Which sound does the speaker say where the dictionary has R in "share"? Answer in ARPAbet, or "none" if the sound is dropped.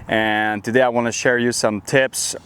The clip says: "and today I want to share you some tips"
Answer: R